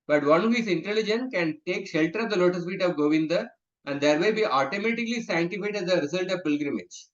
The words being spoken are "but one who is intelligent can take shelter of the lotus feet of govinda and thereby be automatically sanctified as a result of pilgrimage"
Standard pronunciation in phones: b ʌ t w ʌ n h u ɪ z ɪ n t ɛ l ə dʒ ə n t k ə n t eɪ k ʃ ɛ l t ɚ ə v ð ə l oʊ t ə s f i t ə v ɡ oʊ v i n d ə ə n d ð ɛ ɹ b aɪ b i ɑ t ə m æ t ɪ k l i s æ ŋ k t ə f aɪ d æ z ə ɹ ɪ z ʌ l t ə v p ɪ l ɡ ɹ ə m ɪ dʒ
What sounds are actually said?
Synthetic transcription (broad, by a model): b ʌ t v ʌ n h u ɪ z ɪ n t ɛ l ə dʒ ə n k ə n t eɪ k ʃ ɛ l t ɚ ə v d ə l oʊ t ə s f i t ə v ɡ oʊ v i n d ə ə n d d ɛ ɹ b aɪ b i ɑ t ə m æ t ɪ k l i s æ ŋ t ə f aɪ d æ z ə ɹ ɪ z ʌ l t ə v p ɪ l ɡ ɹ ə m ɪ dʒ